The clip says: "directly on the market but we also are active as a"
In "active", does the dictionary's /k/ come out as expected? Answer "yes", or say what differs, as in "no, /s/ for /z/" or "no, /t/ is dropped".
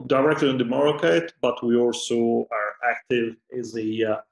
yes